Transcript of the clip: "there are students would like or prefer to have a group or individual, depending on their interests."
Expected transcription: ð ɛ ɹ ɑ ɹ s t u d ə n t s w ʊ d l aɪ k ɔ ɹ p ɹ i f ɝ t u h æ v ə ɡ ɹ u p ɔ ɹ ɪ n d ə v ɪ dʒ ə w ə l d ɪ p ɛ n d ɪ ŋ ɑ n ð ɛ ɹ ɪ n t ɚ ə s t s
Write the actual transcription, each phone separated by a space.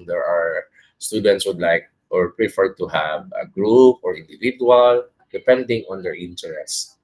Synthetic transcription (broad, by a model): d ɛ ɹ ɑ ɹ s t u d ə n t s w ʊ d l aɪ k ɔ ɹ p ɹ i f ɝ t u h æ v ə ɡ ɹ u p ɔ ɹ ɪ n d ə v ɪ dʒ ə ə l d ɪ p ɛ n d ɪ ŋ ɑ n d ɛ ɹ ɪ n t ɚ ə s s